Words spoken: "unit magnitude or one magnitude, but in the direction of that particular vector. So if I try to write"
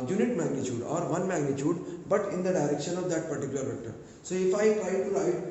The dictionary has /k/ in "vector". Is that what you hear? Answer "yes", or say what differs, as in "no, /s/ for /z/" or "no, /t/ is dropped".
no, /k/ is dropped